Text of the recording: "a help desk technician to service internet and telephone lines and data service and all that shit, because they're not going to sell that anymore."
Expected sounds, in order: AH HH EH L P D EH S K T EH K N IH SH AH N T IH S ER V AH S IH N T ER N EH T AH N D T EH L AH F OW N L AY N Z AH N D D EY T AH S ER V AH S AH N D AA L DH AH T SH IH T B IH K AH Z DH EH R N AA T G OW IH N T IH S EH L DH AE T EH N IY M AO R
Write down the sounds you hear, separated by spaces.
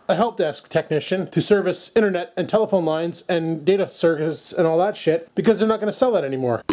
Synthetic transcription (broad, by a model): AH HH EH L P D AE S K T EH K N IH SH AH N T IH S ER V AH S IH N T ER N EH T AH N T EH L AH F OW N L AY N Z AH N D D EY T AH S ER V AH S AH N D AA L DH AH T SH IH T B IH K AH Z DH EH R N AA T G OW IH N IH S EH L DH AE T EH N IY M AO R